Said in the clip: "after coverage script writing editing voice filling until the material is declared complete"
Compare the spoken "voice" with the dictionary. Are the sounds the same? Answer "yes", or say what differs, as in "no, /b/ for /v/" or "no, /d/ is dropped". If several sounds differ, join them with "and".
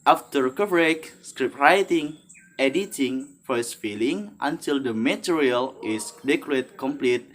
no, /f/ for /v/